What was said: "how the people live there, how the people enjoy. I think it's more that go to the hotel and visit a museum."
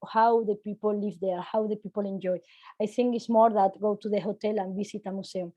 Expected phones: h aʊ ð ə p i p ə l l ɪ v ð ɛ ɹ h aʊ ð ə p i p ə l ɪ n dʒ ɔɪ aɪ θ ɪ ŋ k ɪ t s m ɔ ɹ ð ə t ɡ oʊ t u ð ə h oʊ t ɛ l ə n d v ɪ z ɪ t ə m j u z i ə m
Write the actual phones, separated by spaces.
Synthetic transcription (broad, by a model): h aʊ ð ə p i p ə l l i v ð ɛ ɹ h aʊ ð ə p i p ə l ɪ n dʒ ɔɪ aɪ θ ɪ ŋ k ɪ t s m ɔ ɹ ð ə t ɡ oʊ t u ð ə h oʊ t ɛ l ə n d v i s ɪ t ə m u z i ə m